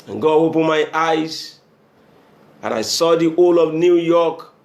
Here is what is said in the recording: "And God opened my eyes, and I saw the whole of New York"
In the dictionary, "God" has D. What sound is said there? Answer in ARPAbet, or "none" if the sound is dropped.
none